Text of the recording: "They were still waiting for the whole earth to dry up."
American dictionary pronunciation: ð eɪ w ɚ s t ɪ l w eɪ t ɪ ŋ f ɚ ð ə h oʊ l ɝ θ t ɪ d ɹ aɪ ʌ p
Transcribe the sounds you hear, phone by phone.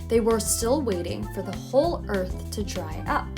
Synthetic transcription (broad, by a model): ð eɪ w ɚ s t ɪ l w eɪ t ɪ ŋ f ɚ ð ə h oʊ l ɝ θ t ɪ d ɹ aɪ ʌ p